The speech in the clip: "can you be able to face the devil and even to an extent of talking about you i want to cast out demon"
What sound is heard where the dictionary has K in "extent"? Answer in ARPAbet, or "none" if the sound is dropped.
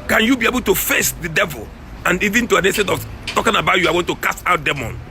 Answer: none